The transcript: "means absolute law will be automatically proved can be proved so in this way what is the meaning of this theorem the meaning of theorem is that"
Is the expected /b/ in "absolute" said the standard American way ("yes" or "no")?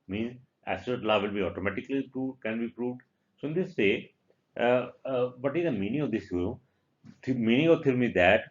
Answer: no